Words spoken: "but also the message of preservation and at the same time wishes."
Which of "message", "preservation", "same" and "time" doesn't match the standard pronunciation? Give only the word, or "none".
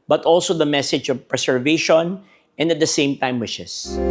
preservation